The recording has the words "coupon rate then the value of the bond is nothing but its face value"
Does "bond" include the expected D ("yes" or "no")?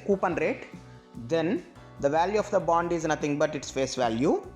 yes